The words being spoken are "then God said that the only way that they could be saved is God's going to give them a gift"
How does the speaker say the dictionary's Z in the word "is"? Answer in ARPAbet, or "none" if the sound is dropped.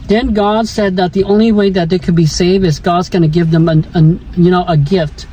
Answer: Z